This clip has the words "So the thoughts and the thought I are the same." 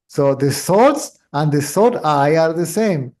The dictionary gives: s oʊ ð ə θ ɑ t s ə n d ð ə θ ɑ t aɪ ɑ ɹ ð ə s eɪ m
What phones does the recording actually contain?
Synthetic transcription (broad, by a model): s oʊ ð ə s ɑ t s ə n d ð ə s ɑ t aɪ ɑ ɹ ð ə s eɪ m